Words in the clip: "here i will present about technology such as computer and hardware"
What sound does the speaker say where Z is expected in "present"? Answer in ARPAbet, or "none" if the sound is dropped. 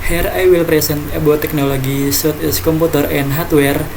S